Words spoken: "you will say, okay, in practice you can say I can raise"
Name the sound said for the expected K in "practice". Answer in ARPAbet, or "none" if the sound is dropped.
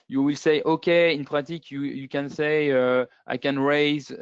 none